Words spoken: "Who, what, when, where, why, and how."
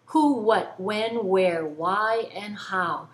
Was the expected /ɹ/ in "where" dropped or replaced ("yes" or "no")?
no